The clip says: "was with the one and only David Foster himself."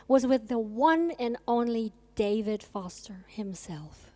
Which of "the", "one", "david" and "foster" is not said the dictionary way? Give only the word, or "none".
none